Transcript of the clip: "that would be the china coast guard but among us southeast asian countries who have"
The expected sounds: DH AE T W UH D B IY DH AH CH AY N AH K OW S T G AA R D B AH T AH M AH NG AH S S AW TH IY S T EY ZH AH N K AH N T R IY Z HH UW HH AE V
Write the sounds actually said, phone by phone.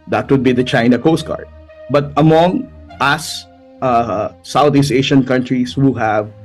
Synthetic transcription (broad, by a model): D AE T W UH D B IY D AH CH AY N AH K OW S T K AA R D B AH T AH M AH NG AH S S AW T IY S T EY SH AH N K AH N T R IY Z HH UW HH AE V